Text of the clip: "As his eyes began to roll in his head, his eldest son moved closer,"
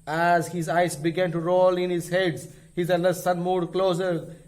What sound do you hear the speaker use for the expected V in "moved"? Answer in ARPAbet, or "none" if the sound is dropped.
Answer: none